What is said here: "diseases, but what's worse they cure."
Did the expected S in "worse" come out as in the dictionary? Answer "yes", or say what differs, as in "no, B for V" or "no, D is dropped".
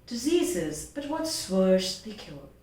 no, SH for S